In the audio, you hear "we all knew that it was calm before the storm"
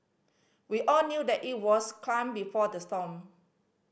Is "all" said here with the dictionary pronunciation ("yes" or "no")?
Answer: yes